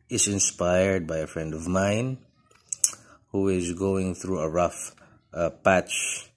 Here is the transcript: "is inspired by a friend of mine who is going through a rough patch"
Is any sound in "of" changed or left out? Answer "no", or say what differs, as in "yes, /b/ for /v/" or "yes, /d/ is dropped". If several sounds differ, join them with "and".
no